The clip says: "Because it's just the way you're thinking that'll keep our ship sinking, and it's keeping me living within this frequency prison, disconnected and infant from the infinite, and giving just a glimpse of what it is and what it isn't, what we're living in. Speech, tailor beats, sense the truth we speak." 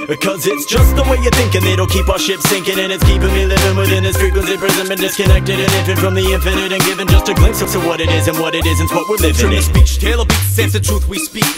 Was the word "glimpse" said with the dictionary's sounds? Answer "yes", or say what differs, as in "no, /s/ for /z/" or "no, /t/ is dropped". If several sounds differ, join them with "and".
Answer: no, /p/ is dropped